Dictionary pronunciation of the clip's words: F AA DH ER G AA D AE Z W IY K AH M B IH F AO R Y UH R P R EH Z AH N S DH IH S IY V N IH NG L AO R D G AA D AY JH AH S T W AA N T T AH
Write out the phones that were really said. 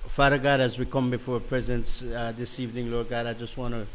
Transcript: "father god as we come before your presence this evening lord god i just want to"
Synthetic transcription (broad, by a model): F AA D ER G AA D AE Z W IY K AH M B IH F AO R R P R EH Z AH N S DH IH S IY V N IH NG L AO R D G AA D AY JH AH S T W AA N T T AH